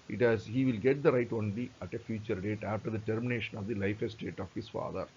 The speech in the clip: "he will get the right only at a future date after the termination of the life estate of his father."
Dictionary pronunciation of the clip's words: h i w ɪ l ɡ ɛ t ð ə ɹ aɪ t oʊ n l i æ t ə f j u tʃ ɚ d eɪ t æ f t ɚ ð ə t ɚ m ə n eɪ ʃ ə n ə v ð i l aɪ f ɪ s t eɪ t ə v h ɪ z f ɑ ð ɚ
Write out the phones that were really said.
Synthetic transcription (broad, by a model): h i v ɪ l ɡ ɛ t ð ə ɹ aɪ t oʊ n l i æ t ə f j u tʃ ɚ d eɪ t æ f t ɚ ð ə t ɚ m ə n eɪ ʃ ə n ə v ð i l aɪ f ɪ s t eɪ t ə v h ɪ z f ɑ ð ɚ